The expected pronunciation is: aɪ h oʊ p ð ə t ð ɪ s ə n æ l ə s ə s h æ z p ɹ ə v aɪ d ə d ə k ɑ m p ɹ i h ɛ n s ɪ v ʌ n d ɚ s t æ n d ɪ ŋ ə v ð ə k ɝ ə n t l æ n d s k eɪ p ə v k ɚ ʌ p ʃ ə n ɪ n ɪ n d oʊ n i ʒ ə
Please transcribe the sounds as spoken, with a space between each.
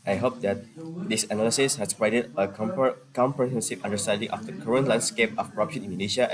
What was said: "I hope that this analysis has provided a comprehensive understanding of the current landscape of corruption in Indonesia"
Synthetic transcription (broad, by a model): aɪ h oʊ p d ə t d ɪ s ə n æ l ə s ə s h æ s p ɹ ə ɪ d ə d ə k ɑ m p ɹ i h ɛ n s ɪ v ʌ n d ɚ s t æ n d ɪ ŋ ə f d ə k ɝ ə n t l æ n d s k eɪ p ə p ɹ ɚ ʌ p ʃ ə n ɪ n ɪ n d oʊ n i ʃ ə